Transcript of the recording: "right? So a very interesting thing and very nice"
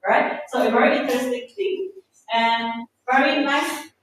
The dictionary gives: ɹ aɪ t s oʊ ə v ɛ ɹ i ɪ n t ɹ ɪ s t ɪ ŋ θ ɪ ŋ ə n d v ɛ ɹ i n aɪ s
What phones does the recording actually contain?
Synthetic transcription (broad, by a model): ɹ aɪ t s oʊ ə v ɛ ɹ i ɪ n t ɪ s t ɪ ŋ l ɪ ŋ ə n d v ɛ ɹ i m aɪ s